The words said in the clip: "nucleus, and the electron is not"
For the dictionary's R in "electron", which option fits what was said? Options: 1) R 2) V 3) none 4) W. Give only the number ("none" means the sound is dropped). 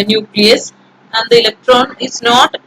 1